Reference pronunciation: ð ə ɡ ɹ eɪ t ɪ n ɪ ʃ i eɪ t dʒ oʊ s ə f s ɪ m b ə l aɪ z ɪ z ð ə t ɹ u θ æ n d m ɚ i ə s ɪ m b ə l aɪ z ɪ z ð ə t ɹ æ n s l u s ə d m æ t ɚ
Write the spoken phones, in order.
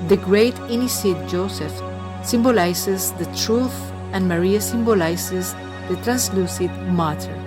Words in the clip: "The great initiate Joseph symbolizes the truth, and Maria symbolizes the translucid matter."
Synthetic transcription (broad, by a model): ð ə ɡ ɹ eɪ t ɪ n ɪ s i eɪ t dʒ oʊ s ə f s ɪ m b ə l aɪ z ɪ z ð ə t ɹ u θ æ n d m ɚ i ə s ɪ m b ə l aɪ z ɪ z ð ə t ɹ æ n s l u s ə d m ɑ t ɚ